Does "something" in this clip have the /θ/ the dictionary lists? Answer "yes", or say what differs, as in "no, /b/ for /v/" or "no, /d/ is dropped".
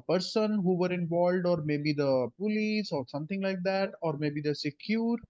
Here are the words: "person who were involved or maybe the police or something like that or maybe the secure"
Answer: no, /t/ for /θ/